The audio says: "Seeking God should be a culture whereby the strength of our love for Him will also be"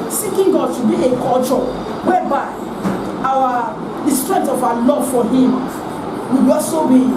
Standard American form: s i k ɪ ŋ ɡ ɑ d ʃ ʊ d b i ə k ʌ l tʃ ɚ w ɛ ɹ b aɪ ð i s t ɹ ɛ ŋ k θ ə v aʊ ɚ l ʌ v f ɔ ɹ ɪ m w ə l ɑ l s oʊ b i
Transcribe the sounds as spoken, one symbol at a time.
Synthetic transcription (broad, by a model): s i k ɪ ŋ ɡ ɑ d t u b i ə k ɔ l tʃ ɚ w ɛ b aɪ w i s t ɹ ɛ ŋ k t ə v aʊ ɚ l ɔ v f ɔ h ɪ m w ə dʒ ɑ s oʊ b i